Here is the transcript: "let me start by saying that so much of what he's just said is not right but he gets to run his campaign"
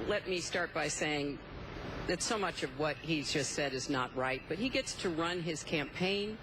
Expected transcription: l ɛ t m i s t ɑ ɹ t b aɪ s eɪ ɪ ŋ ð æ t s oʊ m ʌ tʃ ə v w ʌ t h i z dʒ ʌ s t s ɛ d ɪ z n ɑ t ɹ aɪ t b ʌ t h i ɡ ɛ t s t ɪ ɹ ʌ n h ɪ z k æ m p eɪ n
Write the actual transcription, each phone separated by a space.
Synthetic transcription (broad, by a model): l ɛ t m i s t ɑ ɹ t b aɪ s eɪ ɪ ŋ ð æ t s oʊ m ʌ tʃ ə v w ʌ t h i z dʒ ʌ s t s ɛ d ɪ z n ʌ t ɹ aɪ t b ʌ t h i ɡ ɛ t s t ɪ ɹ ʌ n ɪ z k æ m p eɪ n